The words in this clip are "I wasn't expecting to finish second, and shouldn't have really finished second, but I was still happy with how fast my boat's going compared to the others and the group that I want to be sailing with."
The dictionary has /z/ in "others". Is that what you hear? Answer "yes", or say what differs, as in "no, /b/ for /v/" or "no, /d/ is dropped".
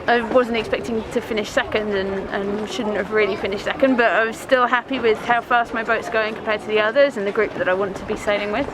yes